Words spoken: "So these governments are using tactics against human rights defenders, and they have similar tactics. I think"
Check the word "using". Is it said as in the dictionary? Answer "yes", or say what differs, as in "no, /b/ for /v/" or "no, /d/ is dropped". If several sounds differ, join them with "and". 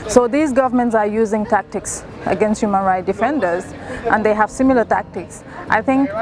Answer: yes